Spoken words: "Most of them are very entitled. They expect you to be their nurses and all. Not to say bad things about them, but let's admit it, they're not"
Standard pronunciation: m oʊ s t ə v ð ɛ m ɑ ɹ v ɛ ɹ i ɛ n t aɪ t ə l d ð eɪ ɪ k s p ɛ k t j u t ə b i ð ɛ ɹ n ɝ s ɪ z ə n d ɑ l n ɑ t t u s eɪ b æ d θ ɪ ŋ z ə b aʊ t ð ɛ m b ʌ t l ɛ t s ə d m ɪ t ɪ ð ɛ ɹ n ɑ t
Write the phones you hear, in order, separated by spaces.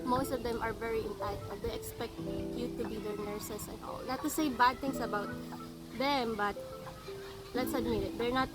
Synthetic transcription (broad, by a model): m oʊ s t ə v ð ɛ m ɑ ɹ v ɛ ɹ i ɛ n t aɪ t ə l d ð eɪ ɪ k s p ɛ k t j u t ə b i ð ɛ ɹ n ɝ s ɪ s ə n ɑ l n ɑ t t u s eɪ b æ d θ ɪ ŋ s ə b aʊ t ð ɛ m b ʌ t l ɛ t s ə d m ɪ ɪ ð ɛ ɹ n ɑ t